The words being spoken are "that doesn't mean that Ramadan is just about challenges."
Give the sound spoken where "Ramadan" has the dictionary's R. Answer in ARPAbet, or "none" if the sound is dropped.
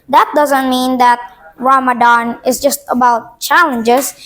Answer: W